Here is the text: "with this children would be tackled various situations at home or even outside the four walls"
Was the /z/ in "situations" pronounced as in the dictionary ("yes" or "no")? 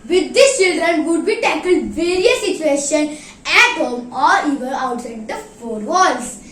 no